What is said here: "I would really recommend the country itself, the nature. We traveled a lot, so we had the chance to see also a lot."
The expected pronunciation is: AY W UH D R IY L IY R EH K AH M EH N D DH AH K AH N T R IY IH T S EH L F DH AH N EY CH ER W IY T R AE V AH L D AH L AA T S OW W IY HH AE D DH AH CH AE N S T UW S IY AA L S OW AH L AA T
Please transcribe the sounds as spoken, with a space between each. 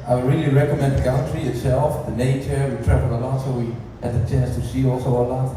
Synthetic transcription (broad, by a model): AY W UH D R IY L IY R EH K AH M EH N D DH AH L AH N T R IY IH T S EH L F DH AH N EY CH ER W IY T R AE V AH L AH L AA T S OW W IY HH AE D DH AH CH AE N S T UW S IY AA L S OW AH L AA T